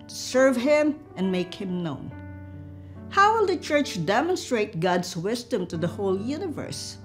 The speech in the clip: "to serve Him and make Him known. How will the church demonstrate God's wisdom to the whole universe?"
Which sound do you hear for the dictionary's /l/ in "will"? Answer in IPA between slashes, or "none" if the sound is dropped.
/l/